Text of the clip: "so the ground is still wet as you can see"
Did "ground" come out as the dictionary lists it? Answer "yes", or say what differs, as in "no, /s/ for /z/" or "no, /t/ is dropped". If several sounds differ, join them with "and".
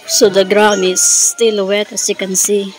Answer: no, /d/ is dropped